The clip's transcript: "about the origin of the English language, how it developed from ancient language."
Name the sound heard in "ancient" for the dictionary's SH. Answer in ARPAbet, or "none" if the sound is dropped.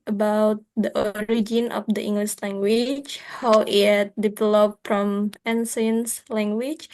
S